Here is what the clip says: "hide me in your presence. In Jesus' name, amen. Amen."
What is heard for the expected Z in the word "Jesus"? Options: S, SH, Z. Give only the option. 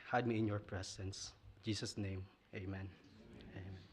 S